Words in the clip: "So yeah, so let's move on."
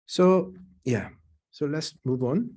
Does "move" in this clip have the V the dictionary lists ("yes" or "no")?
yes